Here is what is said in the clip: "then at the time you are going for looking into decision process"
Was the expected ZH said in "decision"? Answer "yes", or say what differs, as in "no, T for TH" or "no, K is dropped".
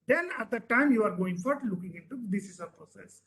no, S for ZH